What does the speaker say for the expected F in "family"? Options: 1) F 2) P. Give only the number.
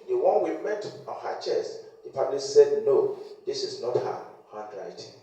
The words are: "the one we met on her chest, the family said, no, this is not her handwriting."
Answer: 2